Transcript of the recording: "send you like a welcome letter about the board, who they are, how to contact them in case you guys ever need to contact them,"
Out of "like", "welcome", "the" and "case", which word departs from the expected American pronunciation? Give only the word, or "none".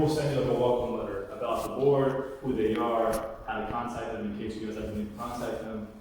like